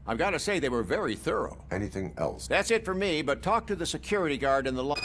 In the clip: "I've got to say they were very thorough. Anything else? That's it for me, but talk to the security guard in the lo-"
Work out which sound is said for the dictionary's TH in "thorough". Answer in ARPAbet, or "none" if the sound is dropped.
TH